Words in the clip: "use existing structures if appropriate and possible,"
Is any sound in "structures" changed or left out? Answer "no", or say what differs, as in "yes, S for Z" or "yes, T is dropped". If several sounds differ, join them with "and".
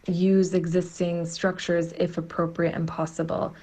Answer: no